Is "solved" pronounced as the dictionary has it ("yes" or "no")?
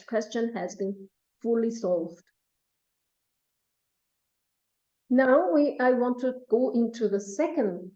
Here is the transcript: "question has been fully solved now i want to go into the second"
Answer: yes